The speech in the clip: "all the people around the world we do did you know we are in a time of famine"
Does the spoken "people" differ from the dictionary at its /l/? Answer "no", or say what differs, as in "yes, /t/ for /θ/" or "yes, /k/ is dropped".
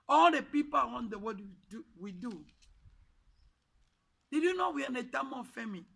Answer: yes, /w/ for /l/